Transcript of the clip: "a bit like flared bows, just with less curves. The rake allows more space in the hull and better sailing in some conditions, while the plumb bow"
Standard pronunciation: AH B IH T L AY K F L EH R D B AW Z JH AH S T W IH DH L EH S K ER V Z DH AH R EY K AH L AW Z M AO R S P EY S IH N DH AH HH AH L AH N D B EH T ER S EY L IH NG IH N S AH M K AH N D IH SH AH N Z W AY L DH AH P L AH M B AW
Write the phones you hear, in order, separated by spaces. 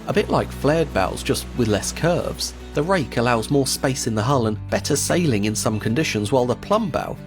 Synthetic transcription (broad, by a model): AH B IH T L AY K F L EH R D B AW Z JH AH S T W IH DH L EH S K ER V Z DH AH R EY K AH L AW Z M AO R S P EY S IH N DH AH HH AH L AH N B EH T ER S EY L IH NG IH N S AH M K AH N D IH SH AH N Z W AY L DH AH P L AH M B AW